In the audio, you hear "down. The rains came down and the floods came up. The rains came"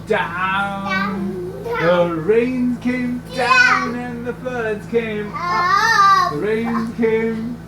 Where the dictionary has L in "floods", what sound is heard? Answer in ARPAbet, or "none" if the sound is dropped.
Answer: none